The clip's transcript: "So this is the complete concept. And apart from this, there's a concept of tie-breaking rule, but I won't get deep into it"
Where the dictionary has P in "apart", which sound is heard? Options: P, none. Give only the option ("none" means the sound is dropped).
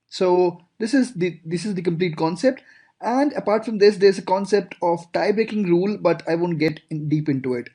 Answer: P